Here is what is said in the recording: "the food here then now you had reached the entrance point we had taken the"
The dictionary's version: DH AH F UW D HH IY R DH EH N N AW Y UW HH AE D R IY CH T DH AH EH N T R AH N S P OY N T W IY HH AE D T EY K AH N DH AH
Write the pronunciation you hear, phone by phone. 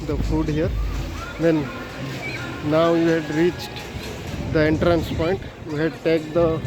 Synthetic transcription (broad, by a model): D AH F UW D HH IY R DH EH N N AW Y UW HH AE D R IY CH T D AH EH N T R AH N S P OY N T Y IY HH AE D T EY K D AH